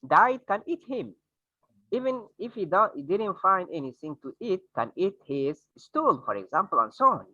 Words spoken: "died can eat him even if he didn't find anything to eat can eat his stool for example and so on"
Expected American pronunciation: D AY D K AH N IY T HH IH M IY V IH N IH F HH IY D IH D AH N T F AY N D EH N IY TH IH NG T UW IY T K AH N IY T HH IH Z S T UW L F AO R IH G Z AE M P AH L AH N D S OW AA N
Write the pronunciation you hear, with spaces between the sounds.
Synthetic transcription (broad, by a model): D AY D K AH N IY T HH IH M IY V IH N IH F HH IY D IH D AH N T F AY N D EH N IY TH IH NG T UW IY T K AH N IY T HH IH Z S T UW L F AO R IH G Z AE M P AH L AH N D S OW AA N